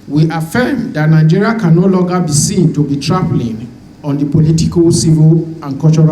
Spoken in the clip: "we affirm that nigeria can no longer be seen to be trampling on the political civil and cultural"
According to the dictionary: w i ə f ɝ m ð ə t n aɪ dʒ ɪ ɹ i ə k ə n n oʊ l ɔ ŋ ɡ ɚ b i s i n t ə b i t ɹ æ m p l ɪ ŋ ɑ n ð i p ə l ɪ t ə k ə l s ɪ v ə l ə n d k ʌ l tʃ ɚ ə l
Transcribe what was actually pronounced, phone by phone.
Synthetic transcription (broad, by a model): w i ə f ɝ m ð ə t n aɪ dʒ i ɹ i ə k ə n n oʊ l ɔ ŋ ɡ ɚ b i s i n t ə b i t ɹ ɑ p l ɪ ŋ ɑ n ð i p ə l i t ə k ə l s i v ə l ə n k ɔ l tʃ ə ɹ